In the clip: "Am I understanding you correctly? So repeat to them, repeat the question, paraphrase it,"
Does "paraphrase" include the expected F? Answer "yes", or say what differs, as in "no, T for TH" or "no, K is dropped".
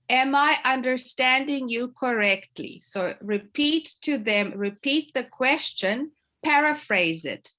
yes